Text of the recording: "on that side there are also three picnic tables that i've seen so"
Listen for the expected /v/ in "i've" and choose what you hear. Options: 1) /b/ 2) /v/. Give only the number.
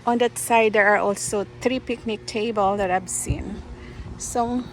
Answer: 1